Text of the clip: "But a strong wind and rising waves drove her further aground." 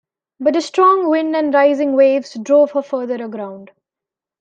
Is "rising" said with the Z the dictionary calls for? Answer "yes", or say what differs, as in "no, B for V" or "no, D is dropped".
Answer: yes